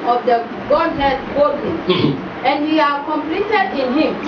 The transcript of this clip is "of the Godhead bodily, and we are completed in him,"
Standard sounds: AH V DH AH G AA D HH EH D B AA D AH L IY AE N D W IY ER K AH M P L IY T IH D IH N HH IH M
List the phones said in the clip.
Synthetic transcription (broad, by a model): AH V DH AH G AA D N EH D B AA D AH N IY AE N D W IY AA K AH M P L IY T IH D IH N HH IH M